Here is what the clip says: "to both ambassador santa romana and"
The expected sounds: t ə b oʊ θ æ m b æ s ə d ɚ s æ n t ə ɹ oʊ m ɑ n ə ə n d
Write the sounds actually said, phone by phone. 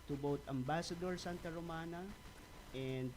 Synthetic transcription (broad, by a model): t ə b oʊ t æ m b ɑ s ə d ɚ s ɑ n t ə ɹ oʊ m ɑ n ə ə n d